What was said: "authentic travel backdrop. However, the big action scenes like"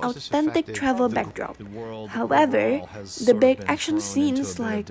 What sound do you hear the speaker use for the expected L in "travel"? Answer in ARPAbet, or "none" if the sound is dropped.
L